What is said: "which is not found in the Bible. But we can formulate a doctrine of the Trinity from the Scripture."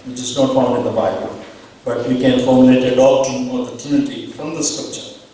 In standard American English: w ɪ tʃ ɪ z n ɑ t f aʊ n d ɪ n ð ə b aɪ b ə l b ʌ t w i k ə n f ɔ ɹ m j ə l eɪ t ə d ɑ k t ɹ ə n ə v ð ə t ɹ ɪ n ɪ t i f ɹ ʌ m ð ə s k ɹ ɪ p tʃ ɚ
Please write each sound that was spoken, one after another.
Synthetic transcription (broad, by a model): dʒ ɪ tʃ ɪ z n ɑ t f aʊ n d ɪ n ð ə b aɪ b ə l b ʌ t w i k ə n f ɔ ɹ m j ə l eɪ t ə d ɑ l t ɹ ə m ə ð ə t ɪ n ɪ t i f ɹ ʌ m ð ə s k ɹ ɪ p tʃ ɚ